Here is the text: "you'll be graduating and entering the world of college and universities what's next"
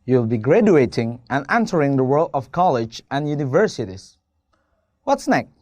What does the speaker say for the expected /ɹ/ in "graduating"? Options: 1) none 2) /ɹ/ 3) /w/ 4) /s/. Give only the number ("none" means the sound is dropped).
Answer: 2